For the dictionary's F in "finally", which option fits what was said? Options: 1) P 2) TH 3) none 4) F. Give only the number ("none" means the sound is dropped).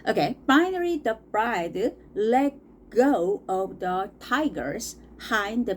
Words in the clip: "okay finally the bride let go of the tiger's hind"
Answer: 1